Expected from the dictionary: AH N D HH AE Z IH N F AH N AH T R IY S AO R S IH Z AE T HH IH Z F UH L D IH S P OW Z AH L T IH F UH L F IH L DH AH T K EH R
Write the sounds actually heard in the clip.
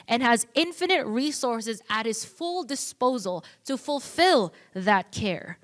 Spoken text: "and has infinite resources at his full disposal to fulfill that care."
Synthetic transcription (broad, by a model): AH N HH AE Z IH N F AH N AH T R IY S AO R S IH Z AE T HH IH Z F UH L D IH S P OW Z AH L T IH F UH L F IH L DH AH T K EH R